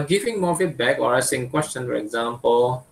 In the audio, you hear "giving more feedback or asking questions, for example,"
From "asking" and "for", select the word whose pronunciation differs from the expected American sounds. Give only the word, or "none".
asking